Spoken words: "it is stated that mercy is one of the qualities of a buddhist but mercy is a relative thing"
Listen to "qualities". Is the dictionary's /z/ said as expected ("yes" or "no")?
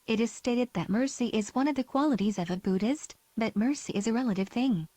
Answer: yes